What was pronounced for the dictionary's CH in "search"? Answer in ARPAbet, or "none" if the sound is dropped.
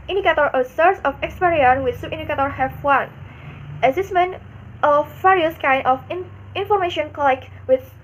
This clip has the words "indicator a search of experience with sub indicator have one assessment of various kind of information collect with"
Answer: S